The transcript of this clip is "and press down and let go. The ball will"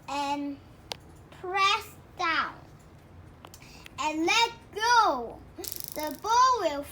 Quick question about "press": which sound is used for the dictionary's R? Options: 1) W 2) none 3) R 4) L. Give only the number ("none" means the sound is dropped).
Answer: 3